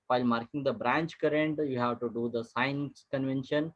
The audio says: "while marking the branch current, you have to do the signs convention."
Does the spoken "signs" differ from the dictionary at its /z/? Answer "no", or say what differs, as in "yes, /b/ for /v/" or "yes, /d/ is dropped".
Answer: yes, /s/ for /z/